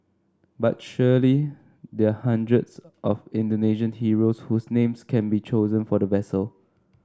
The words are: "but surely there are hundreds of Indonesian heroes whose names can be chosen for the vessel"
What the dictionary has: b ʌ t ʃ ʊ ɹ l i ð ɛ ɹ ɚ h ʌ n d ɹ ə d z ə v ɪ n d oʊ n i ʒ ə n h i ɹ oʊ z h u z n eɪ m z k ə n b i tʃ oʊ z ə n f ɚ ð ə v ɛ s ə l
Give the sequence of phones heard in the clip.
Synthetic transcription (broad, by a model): b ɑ t ʃ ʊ l i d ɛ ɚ h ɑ n d ɹ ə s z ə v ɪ n d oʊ n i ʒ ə n h i ɹ oʊ s h u s n eɪ m s k ə n b i tʃ oʊ z ə n f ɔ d ə v ɛ s ə l